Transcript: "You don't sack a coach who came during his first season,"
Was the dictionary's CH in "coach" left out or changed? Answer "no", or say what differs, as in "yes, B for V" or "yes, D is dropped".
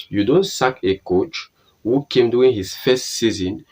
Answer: no